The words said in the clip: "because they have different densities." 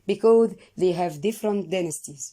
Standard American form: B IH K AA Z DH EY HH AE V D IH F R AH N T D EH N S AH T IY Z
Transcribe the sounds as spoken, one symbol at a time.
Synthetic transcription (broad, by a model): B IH K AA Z DH EY HH AE V D IH F R AH N T D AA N S T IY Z